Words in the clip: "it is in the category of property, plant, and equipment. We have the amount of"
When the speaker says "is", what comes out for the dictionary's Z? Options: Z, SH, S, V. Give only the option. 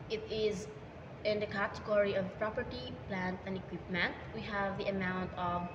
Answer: Z